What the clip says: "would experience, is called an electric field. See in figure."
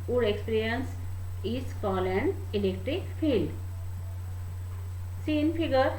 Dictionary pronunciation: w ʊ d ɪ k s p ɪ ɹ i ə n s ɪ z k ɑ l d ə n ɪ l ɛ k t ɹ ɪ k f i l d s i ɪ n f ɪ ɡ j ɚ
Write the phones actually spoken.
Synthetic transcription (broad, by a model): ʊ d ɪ k s p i ɹ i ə n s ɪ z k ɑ l ə n ɪ l ɛ k t ɹ ɪ k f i l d s i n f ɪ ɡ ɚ